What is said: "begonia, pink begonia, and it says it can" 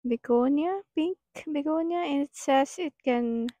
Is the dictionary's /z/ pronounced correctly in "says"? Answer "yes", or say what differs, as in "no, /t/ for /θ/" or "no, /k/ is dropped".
no, /s/ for /z/